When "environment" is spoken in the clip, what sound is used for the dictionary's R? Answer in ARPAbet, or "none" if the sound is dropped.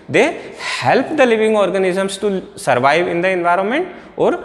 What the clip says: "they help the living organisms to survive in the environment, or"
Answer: R